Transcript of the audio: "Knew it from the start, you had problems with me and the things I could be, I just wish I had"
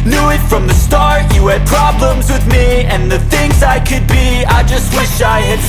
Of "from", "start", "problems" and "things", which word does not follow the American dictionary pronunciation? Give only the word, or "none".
none